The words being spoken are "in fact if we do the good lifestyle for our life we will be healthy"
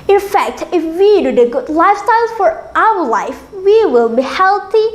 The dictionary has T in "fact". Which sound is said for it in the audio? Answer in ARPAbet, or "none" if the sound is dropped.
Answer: T